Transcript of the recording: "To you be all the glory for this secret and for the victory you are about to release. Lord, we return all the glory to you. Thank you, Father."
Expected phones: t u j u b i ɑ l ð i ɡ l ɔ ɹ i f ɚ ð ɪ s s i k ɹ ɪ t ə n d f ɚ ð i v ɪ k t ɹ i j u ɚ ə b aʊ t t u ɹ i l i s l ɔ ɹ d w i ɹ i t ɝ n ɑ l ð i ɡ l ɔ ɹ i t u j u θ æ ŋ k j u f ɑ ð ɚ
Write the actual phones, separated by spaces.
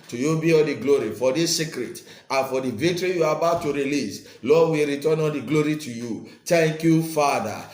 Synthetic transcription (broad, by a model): t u j u b i ɑ l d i ɡ l ɔ ɹ i f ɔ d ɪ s s i k ɹ ɪ t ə n f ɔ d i v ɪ k t ɹ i j u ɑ ə b aʊ t t u ɹ i l i s l ɔ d w i ɹ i t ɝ n ɑ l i ɡ l ɔ ɹ i t u j u t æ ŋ k j u f ɑ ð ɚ